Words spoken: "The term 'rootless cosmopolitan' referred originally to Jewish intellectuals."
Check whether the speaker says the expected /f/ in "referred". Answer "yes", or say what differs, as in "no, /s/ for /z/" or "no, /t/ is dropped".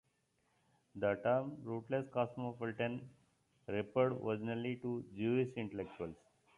no, /p/ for /f/